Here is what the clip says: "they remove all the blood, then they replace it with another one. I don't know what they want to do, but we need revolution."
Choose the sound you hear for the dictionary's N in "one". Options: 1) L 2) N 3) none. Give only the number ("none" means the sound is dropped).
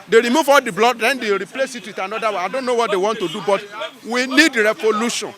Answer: 3